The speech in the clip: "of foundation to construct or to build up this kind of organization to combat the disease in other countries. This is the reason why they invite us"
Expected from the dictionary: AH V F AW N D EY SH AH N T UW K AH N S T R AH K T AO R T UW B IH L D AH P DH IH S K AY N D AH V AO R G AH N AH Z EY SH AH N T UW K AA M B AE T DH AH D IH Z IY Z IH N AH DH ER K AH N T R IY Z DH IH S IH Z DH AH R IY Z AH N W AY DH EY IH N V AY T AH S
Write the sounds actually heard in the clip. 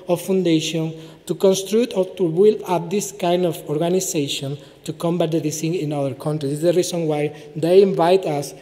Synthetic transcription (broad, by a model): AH F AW N D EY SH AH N T UW K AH N S T R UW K T AO R T UW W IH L AA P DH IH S K AY N D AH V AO R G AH N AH S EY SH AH N T UW K AA M B AE T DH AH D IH S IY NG IH N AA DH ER K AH N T R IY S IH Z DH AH R IY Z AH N W AY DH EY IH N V AY T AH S